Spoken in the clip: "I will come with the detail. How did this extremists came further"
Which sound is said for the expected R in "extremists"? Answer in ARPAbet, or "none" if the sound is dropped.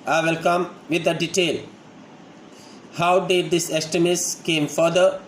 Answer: none